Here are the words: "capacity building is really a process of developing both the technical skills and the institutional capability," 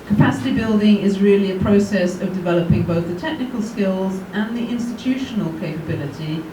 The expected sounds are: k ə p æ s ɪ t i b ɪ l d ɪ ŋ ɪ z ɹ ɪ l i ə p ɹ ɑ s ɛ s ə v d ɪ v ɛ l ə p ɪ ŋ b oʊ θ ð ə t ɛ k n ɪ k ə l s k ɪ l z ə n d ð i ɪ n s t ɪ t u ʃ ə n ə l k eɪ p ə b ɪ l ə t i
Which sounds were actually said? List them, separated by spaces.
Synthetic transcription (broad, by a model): k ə p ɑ s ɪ t i b ɪ l d ɪ ŋ ɪ z ɹ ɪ l i ə p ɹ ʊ s ɛ s ə v d ɪ v ɛ l ə p ɪ ŋ b oʊ θ ð ə t ɛ k n ɪ k ə l s k ɪ l z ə n ð i ɪ n s t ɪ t u ʃ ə n ə l k eɪ p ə b ɪ l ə t i